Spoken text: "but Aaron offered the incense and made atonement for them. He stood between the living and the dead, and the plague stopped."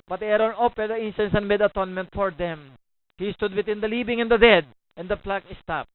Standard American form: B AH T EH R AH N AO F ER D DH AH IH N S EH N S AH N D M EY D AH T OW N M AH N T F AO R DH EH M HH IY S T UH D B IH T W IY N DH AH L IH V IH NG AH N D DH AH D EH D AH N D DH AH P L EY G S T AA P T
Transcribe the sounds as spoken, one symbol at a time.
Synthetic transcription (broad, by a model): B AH T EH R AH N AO P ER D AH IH N S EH N S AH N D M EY D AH T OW N M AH N T F AO R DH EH M HH IY S T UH D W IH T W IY N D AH L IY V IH NG AH N D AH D EH D AH N D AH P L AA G S T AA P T